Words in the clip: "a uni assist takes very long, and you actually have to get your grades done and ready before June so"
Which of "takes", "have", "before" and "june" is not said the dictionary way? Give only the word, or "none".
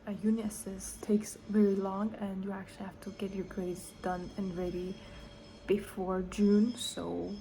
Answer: have